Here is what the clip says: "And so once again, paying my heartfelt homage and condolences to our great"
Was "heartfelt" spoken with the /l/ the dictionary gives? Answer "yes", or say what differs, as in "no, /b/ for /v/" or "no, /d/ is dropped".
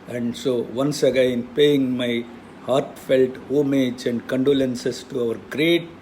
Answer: yes